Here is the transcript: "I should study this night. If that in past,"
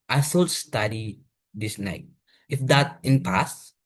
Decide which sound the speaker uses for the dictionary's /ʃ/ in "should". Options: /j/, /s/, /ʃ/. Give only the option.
/s/